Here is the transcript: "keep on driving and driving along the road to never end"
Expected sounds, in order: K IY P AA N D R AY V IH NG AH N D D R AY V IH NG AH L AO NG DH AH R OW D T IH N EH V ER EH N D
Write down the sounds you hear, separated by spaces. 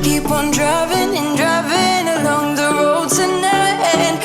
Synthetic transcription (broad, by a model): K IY P N D R AY V IH NG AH N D D R AY V IH NG AH L AO NG DH AH R OW D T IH N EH UH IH N